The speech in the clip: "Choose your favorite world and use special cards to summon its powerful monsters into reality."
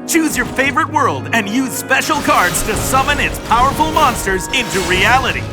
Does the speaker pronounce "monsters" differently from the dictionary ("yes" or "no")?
no